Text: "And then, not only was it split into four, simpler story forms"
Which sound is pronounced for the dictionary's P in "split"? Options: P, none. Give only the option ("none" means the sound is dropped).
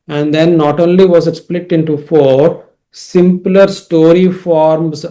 P